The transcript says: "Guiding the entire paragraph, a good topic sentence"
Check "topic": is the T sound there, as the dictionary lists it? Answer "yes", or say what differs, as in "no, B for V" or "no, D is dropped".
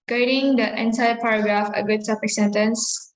no, S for T